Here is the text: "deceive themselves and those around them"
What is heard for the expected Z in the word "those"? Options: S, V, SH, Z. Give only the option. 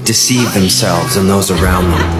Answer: Z